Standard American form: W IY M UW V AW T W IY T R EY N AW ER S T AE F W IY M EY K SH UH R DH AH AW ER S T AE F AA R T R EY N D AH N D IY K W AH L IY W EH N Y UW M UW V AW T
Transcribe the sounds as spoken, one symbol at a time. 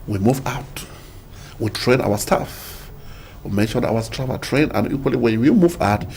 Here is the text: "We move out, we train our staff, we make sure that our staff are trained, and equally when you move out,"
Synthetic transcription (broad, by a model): W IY M UW V AW T W IY T R EY N AW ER S T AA F W IY M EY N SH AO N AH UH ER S T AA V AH L T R EY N AH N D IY K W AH L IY W EH N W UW M UW V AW T